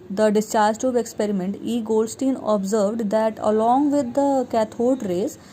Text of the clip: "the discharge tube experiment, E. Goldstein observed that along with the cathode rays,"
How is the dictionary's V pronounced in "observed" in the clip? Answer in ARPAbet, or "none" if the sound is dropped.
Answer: V